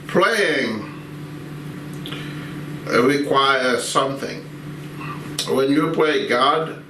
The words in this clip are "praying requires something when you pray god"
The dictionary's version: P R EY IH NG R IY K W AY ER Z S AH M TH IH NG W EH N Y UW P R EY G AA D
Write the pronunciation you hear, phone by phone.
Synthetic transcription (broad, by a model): P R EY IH NG R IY K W AY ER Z S AH M TH IH NG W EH N Y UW P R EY G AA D